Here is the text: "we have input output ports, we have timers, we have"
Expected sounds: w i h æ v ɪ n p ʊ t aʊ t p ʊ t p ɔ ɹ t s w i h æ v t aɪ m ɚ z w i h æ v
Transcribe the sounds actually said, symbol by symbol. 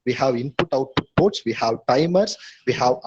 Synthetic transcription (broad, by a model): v i h æ v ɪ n p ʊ t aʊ t ʊ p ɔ t s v i h æ v t aɪ m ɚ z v i h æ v